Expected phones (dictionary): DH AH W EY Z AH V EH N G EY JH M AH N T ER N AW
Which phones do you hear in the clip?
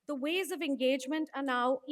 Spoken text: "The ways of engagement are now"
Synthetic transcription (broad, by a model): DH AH W EY Z AH V EH N G EY JH M AH N T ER N AW